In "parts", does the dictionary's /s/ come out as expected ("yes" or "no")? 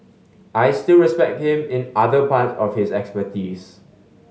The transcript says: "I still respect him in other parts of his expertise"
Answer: no